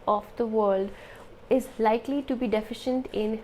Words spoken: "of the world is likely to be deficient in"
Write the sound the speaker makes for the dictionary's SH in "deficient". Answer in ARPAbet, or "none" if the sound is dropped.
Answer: SH